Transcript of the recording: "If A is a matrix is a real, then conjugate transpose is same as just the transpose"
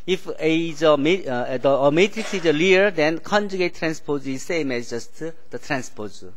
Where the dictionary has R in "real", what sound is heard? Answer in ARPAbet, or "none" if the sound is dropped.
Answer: L